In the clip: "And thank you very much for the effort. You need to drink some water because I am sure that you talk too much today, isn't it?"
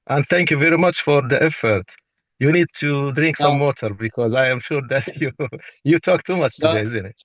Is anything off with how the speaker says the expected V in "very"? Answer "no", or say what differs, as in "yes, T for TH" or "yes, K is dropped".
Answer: no